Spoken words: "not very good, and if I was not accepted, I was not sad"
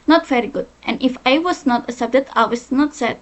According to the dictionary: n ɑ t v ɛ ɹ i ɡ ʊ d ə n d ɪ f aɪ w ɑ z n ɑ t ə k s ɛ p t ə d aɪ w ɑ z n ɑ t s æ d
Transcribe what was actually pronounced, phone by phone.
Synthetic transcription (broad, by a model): n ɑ t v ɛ ɹ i ɡ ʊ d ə n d ɪ f aɪ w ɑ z n ɑ t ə s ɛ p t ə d aɪ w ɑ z n ɑ t s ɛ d